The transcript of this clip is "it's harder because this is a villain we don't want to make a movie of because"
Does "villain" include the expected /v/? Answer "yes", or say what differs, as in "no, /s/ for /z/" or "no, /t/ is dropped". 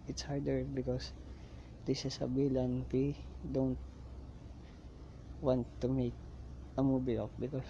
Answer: no, /b/ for /v/